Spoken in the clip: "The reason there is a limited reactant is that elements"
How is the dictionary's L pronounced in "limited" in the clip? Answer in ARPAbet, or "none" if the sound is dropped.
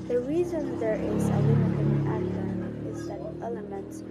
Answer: W